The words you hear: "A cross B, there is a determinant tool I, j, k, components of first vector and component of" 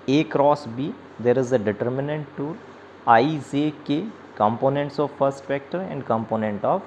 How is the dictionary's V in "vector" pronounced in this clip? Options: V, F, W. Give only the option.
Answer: F